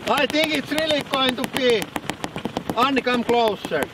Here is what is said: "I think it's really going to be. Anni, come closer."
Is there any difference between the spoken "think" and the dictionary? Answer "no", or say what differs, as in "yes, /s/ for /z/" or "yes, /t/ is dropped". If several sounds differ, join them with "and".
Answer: yes, /t/ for /θ/